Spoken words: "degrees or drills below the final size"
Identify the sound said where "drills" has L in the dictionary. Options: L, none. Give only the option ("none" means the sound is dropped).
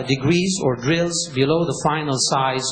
L